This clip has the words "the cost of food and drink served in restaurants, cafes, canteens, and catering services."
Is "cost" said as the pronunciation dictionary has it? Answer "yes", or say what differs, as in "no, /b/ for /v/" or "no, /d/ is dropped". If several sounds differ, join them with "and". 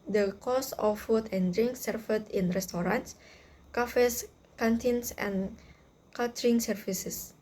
no, /t/ is dropped